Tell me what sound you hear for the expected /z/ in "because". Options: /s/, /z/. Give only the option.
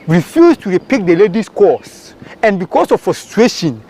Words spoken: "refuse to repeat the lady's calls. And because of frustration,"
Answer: /s/